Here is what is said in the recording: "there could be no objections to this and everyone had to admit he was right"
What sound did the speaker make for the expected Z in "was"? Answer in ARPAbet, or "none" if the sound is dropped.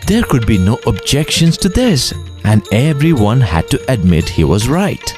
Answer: Z